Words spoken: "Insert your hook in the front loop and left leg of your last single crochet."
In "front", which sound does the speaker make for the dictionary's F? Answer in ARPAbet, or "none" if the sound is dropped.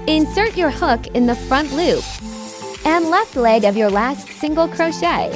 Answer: F